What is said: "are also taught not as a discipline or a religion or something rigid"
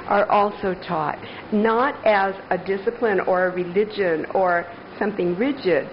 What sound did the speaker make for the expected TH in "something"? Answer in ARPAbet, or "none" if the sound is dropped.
TH